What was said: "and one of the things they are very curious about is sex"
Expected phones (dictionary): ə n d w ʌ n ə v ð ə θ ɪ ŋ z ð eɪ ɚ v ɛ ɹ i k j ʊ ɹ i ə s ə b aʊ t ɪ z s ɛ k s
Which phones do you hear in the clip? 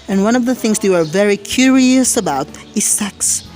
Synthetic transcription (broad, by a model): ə n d w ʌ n ə v ð ə θ ɪ ŋ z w ɚ v ɛ ɹ i k j ʊ ɹ i ə s ə b aʊ t ɪ z s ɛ k s